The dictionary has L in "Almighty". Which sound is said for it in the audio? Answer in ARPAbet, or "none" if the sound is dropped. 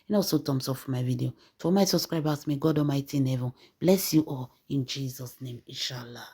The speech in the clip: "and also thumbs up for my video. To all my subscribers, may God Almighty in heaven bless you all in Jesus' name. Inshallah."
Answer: none